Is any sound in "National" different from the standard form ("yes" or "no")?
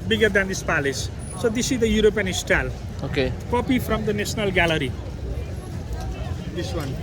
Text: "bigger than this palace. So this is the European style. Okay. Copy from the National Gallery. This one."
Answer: yes